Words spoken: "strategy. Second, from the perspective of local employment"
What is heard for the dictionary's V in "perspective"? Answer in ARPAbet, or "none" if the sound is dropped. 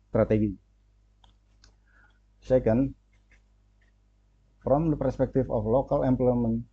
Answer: F